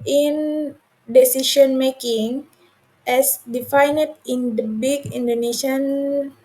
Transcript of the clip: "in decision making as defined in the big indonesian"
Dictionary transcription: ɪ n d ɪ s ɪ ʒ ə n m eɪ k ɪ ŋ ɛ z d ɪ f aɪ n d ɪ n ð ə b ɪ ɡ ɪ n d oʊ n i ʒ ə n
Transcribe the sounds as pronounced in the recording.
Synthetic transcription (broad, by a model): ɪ n d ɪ s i ʃ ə n m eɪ k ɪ ŋ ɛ s d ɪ f aɪ n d ɪ n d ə b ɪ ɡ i n d oʊ n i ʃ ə n